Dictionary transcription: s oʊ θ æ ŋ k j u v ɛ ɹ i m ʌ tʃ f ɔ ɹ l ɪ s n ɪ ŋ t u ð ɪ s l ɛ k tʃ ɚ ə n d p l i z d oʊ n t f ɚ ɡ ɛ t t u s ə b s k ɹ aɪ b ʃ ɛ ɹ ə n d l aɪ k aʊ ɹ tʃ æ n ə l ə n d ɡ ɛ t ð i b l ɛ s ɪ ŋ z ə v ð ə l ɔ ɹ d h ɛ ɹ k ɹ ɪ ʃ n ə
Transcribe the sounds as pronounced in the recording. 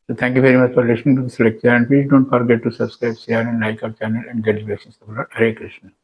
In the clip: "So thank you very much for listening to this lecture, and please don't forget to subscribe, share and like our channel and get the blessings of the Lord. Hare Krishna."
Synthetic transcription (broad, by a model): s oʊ t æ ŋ k j u v ɛ ɹ i m ʌ tʃ f ɔ ɹ l ɪ s n ɪ ŋ t u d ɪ s l ɛ k tʃ ɚ ə n d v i d oʊ n t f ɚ ɡ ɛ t t u s ə b s k ɹ aɪ b s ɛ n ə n l aɪ k aʊ ɹ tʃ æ n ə l ə n d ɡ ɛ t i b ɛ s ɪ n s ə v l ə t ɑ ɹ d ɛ k ɹ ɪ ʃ n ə